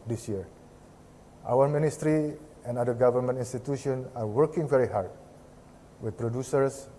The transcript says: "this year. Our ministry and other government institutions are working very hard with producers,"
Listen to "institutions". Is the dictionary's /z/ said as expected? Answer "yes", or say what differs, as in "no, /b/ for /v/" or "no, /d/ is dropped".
no, /z/ is dropped